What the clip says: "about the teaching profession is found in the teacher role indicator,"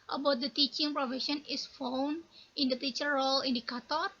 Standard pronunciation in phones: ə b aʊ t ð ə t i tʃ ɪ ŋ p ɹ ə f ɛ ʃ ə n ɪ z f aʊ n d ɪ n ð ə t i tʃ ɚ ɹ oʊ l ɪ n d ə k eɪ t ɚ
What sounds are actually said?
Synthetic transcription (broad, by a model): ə b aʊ t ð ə t i tʃ ɪ ŋ p ɹ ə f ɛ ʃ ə n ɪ s f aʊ n ɪ n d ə t i tʃ ɚ ɹ oʊ l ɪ n d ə k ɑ t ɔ